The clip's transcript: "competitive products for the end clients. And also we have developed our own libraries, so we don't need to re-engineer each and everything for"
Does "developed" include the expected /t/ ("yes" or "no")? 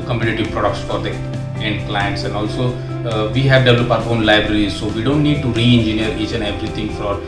no